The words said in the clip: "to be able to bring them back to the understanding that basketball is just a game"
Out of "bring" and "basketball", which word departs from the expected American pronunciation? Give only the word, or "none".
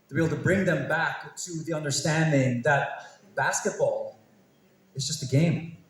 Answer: none